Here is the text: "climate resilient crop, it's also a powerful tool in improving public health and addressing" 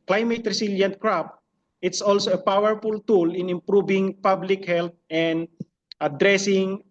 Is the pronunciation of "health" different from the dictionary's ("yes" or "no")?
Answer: yes